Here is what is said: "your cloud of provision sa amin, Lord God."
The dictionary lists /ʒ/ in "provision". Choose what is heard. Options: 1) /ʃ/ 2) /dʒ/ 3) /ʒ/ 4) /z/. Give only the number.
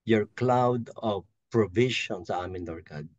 1